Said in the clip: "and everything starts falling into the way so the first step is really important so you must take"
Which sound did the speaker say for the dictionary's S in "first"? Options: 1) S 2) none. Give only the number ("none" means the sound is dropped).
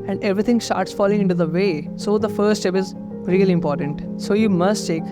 2